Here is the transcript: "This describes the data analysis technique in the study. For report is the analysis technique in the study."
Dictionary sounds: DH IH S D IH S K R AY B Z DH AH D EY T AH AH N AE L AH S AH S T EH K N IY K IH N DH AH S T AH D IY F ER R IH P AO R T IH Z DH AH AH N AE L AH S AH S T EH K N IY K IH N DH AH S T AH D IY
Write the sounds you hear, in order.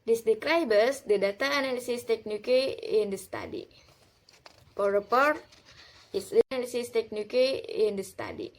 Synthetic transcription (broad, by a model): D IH S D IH K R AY B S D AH D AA T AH N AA L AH S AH S T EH K N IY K IH N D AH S T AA D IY P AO R IH P AO R T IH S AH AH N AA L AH S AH S T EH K N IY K IH N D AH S T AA D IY